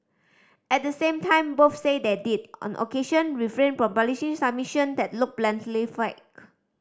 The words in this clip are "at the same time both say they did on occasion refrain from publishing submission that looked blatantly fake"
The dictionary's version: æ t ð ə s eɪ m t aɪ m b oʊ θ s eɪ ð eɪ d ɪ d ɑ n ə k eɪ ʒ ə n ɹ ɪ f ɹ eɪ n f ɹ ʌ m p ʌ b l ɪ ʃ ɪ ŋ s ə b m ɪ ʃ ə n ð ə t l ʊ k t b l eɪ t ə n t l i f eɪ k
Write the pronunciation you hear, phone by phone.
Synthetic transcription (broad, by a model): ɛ t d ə s eɪ m t aɪ m b oʊ f s eɪ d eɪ d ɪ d ɑ n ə k eɪ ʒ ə n ɹ ɪ f ɹ eɪ n f ɹ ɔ m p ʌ l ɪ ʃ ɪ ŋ s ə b m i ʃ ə n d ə t l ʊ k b l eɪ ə n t l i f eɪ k